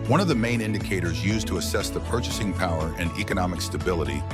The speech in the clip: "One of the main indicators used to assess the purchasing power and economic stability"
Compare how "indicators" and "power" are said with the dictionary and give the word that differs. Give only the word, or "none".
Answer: none